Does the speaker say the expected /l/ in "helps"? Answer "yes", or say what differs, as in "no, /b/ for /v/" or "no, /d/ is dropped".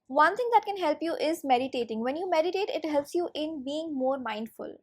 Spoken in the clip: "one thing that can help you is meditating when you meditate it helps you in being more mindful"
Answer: yes